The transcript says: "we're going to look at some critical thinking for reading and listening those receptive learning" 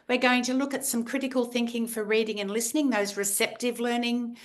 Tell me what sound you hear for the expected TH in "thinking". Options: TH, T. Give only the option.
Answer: TH